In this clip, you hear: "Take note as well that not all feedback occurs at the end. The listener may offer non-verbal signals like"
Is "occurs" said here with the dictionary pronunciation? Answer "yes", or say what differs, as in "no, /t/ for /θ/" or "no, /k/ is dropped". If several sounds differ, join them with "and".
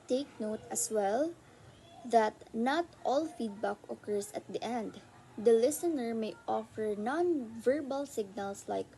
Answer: no, /s/ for /z/